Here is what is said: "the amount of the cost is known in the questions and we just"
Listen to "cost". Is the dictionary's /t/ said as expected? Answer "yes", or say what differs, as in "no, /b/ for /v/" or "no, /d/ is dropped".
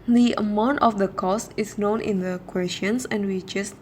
yes